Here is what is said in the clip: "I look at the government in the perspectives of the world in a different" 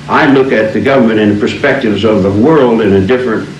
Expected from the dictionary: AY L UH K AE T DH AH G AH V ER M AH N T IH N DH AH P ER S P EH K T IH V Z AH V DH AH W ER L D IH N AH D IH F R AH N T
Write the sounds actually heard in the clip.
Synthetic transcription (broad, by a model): AY L UH K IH T DH AH G AH V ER M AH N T IH N P ER S P EH K T IH V Z AH V DH AH W ER L D IH N AH D IH F R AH N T